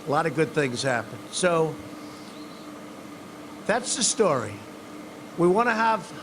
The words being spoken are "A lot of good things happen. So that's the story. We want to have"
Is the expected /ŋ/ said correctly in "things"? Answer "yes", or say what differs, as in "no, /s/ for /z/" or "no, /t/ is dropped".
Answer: yes